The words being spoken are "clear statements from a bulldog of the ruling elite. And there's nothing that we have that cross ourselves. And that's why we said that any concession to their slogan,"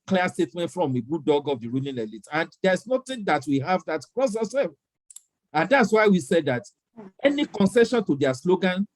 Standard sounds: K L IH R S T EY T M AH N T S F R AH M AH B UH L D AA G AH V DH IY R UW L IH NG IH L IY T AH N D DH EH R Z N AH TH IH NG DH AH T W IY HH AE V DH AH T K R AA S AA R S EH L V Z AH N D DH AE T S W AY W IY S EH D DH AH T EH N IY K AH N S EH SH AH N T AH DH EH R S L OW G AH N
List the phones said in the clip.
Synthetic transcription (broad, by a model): K L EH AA S T EY T M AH N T F R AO M AH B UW D AA G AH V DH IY R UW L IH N IH L IY T AH N D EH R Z N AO T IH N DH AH T W IY HH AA V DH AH T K R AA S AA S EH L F AH N D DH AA T S W AY W IY S EH D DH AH T EH N IY K AH N S EH SH AH N T AH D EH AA S L OW G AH N